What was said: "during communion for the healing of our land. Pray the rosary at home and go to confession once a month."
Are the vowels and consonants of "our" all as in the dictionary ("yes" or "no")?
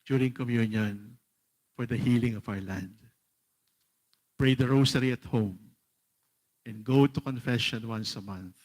yes